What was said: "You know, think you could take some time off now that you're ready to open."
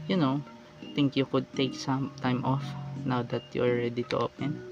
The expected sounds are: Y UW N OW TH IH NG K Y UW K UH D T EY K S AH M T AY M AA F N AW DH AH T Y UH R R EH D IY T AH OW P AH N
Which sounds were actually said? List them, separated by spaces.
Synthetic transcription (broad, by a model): Y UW N OW T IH NG K Y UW K UH D T EY K S AH M T AY M AA F N AW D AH T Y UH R R EH D IY T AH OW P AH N